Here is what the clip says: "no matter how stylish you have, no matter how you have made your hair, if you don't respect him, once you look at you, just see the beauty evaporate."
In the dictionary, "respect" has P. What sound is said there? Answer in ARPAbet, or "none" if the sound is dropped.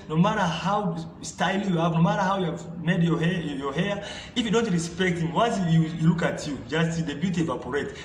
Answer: P